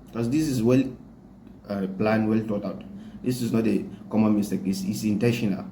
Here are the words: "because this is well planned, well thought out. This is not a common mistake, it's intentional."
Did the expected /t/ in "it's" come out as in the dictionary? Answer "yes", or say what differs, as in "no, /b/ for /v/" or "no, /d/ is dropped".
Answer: no, /s/ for /t/